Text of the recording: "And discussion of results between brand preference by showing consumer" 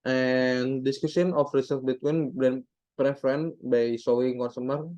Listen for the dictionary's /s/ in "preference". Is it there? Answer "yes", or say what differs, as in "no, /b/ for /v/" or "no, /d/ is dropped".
no, /s/ is dropped